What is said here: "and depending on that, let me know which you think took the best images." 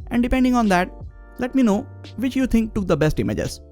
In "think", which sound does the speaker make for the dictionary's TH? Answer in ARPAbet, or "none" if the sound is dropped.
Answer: T